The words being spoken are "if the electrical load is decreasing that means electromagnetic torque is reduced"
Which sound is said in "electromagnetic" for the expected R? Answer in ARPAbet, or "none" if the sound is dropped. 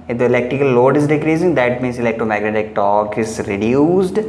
none